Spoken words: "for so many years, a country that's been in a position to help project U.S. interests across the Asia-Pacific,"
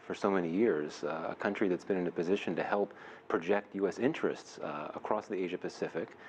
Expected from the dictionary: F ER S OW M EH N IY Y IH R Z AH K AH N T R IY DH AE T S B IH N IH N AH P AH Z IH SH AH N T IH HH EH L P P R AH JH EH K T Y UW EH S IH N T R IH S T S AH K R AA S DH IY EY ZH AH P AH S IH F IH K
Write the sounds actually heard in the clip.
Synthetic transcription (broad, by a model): F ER S OW M EH N IY Y IH R Z AH K AH N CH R IY DH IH T S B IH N IH N AH P AH Z IH SH AH N T IH HH EH L P P R AH JH EH K T Y UW EH S IH N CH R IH S T S AH K R AA S DH IY EY ZH AH P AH S IH F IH K